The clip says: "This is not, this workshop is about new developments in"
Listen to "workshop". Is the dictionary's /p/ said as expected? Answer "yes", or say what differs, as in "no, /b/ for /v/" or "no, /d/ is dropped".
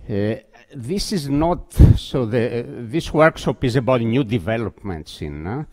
yes